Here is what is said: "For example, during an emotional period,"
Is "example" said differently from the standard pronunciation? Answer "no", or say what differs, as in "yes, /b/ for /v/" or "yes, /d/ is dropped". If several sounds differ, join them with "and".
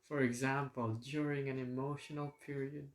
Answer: no